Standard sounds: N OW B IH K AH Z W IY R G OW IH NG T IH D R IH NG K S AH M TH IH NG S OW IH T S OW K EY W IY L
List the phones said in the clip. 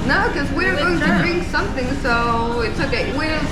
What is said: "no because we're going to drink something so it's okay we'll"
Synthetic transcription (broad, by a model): N OW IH K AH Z W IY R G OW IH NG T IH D R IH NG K S AH M TH IH NG S OW IH T S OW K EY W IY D